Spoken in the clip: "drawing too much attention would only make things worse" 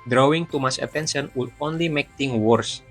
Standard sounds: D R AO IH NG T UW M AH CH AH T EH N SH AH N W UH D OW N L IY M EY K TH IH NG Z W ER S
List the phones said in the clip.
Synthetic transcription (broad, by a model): D R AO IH NG T UW M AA S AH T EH N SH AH N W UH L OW N L IY M EY K T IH NG W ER S